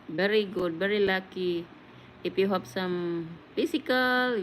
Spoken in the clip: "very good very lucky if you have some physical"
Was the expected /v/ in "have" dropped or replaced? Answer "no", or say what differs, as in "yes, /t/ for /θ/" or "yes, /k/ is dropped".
yes, /p/ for /v/